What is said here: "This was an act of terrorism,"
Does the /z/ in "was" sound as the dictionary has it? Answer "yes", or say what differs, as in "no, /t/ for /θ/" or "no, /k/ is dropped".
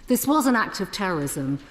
yes